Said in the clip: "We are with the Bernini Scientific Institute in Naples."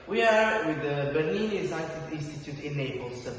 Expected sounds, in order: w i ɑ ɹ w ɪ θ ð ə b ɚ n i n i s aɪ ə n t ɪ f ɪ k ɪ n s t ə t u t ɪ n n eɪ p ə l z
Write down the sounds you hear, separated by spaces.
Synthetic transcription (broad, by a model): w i ɑ ɹ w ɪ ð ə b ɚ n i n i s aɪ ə t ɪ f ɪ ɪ n s t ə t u t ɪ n n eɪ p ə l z